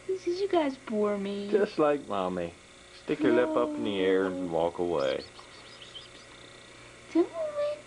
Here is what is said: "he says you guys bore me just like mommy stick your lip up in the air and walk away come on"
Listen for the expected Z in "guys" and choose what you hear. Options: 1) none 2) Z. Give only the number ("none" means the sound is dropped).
2